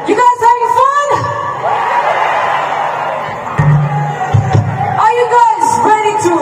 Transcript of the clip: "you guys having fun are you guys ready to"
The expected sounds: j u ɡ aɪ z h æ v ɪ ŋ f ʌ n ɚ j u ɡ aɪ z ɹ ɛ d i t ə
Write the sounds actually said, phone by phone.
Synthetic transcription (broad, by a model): j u ɡ aɪ z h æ ɪ f ʌ n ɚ j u ɡ aɪ z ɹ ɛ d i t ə